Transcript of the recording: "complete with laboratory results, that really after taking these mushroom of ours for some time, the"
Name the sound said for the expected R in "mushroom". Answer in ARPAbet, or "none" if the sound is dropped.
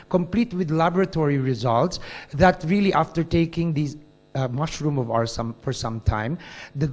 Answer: R